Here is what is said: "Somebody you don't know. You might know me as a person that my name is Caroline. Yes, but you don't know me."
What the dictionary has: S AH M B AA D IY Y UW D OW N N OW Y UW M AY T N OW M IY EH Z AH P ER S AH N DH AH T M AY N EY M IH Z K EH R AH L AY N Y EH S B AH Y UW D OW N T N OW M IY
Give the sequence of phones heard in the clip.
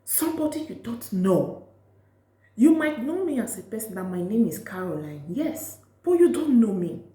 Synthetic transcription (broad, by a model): S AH M B AA D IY Y UW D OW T N OW Y UW M AY T N OW M IY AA S AH P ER S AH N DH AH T M AY N EY M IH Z K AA R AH L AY N Y EH S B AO Y UW D OW N T N OW M IY